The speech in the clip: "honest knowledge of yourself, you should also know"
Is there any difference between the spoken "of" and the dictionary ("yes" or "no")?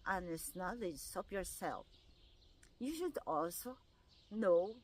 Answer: yes